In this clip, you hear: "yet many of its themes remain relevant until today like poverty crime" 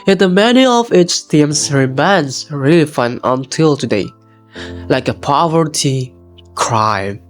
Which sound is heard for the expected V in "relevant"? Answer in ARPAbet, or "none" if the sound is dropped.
F